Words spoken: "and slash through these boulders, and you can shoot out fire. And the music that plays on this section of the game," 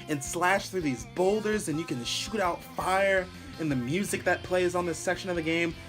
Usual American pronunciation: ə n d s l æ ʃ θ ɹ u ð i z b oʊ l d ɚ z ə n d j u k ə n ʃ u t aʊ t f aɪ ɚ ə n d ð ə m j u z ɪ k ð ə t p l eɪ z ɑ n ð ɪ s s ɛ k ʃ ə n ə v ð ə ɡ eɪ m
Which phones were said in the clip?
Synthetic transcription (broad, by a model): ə n s l æ ʃ θ ɹ u ð i z b oʊ l d ɚ z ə n j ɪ k ə n ʃ u t aʊ t f aɪ ɚ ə n ð ə m j u z ɪ k ð ə t p l eɪ z n ð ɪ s s ɛ k ʃ ə n ə v ð ə ɡ eɪ m